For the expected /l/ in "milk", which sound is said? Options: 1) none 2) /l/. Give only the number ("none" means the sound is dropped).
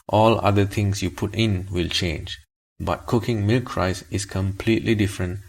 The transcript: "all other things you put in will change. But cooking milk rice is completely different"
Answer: 2